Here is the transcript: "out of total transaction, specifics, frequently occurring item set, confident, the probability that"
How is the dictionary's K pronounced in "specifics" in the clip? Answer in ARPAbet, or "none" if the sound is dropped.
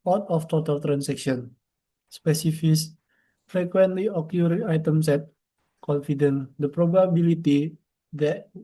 none